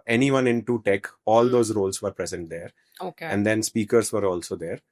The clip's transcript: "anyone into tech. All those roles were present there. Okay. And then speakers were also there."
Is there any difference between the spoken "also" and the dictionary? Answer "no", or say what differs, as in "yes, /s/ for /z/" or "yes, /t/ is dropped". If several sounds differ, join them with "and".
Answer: no